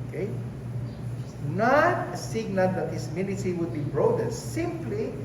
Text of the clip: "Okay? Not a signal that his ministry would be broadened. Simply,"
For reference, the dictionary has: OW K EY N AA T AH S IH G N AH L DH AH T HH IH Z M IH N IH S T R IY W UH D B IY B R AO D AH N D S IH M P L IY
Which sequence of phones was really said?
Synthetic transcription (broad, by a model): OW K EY N AA T AH S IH G N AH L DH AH T HH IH S M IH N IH T IY W UH D B IY B R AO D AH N S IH M P L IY